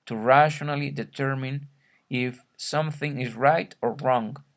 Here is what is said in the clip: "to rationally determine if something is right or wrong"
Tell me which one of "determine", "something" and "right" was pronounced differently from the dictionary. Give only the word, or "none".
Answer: none